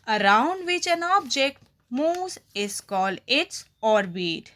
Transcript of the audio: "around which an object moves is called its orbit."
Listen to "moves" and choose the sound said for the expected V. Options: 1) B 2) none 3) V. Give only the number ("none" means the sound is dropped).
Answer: 2